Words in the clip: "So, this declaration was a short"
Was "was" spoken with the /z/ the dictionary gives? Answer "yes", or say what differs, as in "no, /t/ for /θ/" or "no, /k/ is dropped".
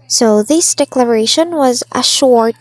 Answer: yes